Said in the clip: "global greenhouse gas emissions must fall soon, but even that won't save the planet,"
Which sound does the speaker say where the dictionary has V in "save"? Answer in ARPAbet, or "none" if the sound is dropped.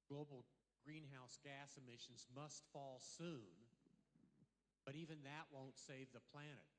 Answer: V